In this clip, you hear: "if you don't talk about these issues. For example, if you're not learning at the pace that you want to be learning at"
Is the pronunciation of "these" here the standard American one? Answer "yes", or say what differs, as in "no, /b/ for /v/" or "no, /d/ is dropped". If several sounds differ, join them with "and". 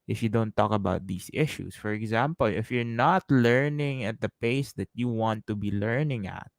no, /s/ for /z/